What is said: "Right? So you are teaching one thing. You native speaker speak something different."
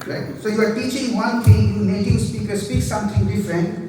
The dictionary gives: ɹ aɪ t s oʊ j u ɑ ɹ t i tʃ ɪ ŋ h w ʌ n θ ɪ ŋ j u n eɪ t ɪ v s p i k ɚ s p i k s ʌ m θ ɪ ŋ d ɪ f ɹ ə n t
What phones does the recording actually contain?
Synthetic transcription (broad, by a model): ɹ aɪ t s oʊ j u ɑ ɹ t i tʃ ɪ ŋ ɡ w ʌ n t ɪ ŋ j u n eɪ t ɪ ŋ s p i k ɚ s p i k s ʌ m t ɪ ŋ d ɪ f ɹ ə n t